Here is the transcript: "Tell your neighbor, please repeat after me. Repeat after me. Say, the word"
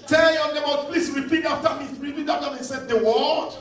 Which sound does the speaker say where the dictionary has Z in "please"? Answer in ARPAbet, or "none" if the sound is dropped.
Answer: S